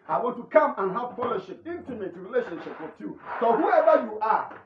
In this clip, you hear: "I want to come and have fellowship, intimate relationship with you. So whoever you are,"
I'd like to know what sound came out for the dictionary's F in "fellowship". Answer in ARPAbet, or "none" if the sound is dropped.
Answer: P